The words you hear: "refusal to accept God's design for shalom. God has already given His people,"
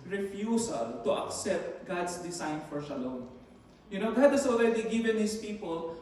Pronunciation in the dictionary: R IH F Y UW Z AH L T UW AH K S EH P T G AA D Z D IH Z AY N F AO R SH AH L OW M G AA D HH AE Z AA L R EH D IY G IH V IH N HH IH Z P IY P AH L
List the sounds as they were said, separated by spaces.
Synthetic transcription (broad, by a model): R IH F Y UW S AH L T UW AH K S EH P T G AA D S D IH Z AY N F AO R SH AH L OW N G AA D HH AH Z AA L R EH D IY G IH V IH N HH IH S P IY P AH L